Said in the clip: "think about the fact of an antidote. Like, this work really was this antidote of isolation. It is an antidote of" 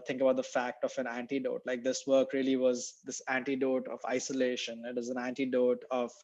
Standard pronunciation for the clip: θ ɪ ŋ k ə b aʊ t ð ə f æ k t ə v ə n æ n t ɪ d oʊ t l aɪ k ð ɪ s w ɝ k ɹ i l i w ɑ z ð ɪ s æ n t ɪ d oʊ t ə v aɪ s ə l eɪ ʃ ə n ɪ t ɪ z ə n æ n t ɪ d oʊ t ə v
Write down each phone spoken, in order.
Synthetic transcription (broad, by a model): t ɪ ŋ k ə b aʊ t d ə f æ k t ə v ə n æ n t ɪ d oʊ t l aɪ k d ɪ s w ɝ k ɹ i l i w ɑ z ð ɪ s æ n t ɪ d oʊ t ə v aɪ s ə l eɪ ʃ ə n ɪ t ɪ z ə n æ n t ɪ d oʊ t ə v